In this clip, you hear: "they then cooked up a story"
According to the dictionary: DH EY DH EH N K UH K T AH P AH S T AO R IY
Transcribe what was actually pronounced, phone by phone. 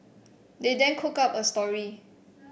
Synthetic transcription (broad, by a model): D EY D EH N K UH K AA P AH S T AO R IY